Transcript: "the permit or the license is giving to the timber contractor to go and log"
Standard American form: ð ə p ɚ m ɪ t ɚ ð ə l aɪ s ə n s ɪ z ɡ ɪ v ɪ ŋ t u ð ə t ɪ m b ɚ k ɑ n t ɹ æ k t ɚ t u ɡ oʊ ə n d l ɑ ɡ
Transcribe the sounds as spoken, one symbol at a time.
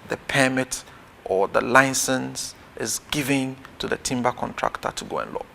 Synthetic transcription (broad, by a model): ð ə p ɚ m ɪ t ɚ ð ə l aɪ s ə n s ɪ z ɡ ɪ v ɪ ŋ t u ð ə t ɪ m b ɚ k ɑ n t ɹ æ k t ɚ t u ɡ oʊ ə n l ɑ